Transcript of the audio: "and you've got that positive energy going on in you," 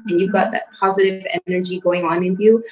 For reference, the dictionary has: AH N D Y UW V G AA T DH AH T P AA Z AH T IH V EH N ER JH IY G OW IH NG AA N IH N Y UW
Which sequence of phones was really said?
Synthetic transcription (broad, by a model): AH N Y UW V G AA T DH AH T P AA Z AH T IH V EH N ER JH IY G OW IH NG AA N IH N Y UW